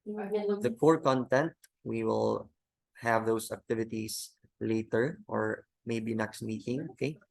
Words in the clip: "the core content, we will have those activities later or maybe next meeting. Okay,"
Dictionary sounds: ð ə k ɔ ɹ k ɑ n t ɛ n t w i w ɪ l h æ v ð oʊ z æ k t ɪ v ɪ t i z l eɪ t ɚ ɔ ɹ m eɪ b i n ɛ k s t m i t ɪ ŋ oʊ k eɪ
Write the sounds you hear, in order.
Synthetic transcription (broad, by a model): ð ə k ɔ ɹ k ɑ n t ɛ n t w i w ɪ l h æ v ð oʊ s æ k t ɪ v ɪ t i s l eɪ t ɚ ɔ ɹ m eɪ b i n ɛ k s t m i t ɪ ŋ oʊ k eɪ